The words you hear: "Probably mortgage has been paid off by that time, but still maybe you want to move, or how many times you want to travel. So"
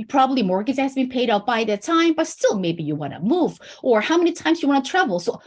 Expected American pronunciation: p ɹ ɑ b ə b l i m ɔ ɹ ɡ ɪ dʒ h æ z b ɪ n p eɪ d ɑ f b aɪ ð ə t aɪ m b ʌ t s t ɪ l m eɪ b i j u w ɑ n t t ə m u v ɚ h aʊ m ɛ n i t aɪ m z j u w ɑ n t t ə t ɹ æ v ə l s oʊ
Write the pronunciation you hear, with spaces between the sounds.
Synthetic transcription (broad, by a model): p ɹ ɑ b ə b l i m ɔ ɹ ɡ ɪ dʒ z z b ɪ n p eɪ d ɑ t b aɪ ð ə t aɪ m b ʌ t s t ɪ l m eɪ b i j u w ɑ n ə m u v ɚ h aʊ m ɛ n i t aɪ m z j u w ɑ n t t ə t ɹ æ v l s oʊ